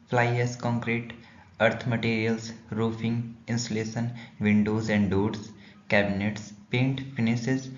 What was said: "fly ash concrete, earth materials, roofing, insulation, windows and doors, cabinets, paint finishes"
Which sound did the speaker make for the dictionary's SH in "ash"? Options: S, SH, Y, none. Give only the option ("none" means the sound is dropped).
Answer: S